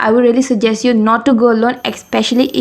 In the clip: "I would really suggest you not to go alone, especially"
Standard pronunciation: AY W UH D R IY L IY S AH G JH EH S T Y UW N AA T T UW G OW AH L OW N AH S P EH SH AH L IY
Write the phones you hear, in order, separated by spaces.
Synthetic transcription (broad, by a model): AY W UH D R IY L IY S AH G JH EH S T Y UW N AA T T UW G OW AH L OW N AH S P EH SH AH L IY